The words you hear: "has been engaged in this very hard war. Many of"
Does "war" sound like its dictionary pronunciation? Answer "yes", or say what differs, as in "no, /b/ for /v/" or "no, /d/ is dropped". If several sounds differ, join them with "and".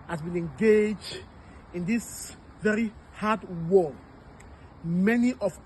no, /l/ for /ɹ/